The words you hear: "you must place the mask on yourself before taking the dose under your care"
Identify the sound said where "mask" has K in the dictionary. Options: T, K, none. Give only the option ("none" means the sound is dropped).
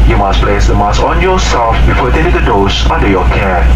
none